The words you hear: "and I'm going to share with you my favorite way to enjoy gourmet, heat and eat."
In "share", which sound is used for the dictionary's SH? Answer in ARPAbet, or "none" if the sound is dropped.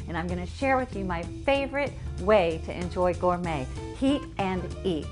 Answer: SH